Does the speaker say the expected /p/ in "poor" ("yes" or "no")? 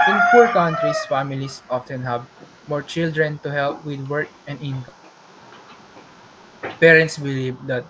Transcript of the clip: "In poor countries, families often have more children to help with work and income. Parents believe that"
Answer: no